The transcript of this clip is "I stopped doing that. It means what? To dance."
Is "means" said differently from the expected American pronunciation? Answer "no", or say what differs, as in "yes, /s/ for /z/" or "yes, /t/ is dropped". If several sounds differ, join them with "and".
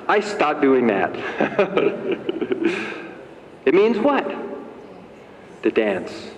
no